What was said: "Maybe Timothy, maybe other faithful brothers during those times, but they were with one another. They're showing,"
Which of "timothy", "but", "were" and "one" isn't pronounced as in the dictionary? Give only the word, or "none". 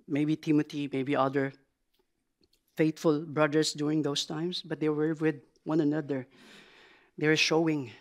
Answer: timothy